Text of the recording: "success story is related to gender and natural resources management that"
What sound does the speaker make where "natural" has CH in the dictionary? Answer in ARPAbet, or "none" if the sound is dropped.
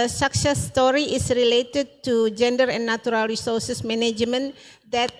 none